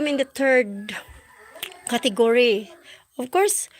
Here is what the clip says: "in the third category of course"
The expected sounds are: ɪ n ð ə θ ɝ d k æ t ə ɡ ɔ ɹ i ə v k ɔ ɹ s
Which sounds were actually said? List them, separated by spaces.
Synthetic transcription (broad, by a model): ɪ n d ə t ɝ d k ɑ t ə ɡ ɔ ɹ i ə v k ɔ ɹ s